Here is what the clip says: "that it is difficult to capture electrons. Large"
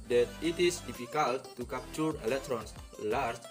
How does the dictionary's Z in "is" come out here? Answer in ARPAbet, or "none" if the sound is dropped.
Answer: S